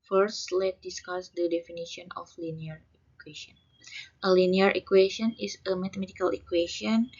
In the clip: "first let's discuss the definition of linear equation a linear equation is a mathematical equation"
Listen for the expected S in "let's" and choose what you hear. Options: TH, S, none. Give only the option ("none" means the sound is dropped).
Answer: none